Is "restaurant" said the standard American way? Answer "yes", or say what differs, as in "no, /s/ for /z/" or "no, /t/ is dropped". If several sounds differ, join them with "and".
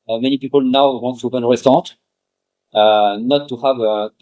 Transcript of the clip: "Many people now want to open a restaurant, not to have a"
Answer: no, /ɹ/ is dropped and /n/ is dropped